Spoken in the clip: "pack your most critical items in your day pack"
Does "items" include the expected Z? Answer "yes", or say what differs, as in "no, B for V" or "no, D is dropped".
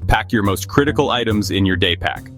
yes